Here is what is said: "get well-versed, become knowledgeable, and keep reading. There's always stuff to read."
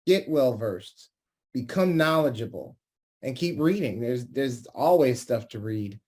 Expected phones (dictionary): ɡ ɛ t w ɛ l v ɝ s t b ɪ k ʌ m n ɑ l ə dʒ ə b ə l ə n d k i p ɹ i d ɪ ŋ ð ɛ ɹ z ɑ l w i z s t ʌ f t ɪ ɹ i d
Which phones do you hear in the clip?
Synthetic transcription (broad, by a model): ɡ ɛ t w ɛ l v ɝ s t b ɪ k ʌ m n ɑ l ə dʒ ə b l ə n k i p ɹ i d ɪ ŋ ð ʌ ɹ z ɑ l w i z s t ʌ f t ɪ ɹ i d